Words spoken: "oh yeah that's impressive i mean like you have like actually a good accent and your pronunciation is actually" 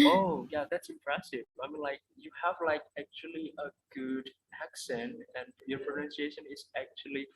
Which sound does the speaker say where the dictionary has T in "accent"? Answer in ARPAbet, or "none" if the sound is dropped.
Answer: T